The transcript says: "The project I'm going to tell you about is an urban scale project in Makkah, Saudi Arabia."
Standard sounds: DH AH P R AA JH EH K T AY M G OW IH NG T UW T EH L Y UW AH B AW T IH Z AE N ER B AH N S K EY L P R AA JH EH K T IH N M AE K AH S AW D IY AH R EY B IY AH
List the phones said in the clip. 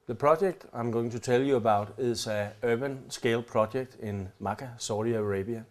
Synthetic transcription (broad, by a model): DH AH P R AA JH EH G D AY M G OW IH NG S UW S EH L Y UW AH B AW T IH S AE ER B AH N S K EY L P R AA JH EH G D IH N M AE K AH S AW D IY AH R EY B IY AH